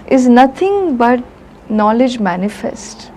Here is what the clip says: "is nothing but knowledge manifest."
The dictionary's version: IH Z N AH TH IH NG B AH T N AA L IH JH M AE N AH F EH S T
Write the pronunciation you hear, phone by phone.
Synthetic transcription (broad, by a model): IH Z N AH T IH NG B AH T N AA L IH JH M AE N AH F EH S T